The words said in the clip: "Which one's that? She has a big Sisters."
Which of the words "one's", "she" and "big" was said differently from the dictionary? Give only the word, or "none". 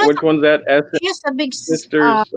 she